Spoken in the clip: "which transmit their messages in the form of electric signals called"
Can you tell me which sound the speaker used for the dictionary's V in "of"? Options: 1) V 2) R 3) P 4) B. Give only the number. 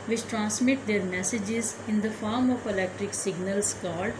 3